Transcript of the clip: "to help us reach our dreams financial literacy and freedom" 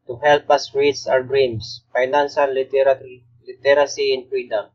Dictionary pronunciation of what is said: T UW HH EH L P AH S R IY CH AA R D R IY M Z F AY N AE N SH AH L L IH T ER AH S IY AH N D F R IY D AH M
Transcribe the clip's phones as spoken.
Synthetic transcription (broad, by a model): T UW HH EH L P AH S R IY S AA R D R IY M S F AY N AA N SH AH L L IH T ER AH S IY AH N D F R IY D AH M